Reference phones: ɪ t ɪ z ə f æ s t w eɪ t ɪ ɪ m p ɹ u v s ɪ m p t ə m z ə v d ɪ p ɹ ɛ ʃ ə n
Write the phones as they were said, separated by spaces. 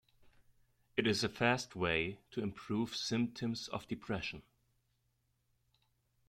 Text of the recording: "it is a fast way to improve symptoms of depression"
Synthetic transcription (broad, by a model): ɪ t ɪ z ə f æ s t w eɪ t ɪ ɪ m p ɹ u v s ɪ m p t ə m z ə v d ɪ p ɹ ɛ ʃ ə n